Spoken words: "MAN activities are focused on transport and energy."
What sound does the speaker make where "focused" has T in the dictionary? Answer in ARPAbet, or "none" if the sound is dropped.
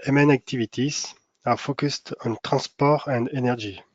T